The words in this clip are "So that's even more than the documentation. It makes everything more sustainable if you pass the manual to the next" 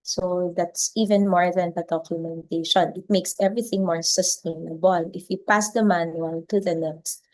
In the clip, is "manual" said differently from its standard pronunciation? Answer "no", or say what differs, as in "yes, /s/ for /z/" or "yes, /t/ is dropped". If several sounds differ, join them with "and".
yes, /n/ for /l/